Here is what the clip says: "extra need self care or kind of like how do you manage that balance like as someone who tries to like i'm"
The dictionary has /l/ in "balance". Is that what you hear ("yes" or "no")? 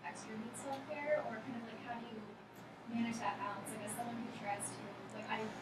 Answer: no